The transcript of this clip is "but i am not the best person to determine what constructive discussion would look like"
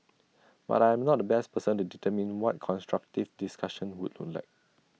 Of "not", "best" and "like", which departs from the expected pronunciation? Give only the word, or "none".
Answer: none